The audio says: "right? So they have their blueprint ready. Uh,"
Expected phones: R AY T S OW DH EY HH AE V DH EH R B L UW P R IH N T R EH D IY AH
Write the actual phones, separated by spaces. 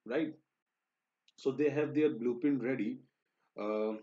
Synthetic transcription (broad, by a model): R AY T S OW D EY HH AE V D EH R B L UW P IH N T R EH D IY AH